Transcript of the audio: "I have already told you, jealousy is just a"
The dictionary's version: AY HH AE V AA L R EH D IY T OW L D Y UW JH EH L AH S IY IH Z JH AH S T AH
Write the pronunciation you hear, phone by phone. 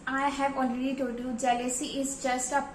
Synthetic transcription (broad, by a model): AY HH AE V AA L R EH D IY T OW D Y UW JH EH L AH S IY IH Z JH AH S T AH